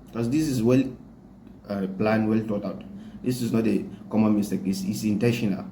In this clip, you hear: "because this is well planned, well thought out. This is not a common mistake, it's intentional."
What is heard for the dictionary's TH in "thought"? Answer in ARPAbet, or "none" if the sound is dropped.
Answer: T